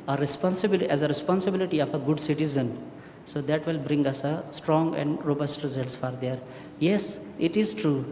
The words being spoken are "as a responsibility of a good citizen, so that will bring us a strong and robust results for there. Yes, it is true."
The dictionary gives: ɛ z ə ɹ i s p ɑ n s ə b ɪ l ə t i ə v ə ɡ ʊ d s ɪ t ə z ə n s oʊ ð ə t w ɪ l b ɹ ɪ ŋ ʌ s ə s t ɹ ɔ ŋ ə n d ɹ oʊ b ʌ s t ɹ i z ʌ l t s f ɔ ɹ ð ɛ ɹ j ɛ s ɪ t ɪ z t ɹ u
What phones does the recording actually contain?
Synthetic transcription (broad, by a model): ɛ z ə ɹ i s p ɑ n s ə b ɪ l ə t i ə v ə ɡ ʊ d s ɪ t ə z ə n s oʊ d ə t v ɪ l b ɹ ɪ ŋ ʌ s ə s t ɹ ɔ ŋ ə n d ɹ oʊ b ʌ s t ɹ i z ʌ l t s f ɔ ɹ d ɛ ɹ j ɛ s ɪ t ɪ z t ɹ u